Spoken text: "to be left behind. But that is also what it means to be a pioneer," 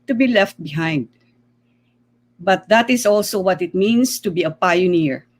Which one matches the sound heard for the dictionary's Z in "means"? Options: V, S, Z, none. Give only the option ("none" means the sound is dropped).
S